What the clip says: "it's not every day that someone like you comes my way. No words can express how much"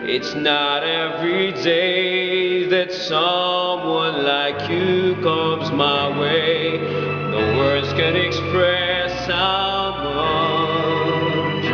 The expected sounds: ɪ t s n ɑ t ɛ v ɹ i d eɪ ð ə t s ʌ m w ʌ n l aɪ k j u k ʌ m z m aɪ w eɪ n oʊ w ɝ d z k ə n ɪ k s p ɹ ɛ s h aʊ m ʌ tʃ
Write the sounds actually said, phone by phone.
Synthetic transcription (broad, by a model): ɪ t s n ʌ t ɛ v ɹ i d eɪ ð ə t s ʌ m w ʌ n l aɪ k j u k ʌ m z m aɪ w eɪ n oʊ w ɝ d z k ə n ɪ k s p ɹ ɛ s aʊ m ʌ